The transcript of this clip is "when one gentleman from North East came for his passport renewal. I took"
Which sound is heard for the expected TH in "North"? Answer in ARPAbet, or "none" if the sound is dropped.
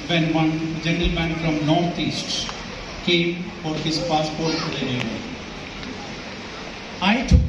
T